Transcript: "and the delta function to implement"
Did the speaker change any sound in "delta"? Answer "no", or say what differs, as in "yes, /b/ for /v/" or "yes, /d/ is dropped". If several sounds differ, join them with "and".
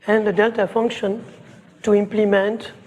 no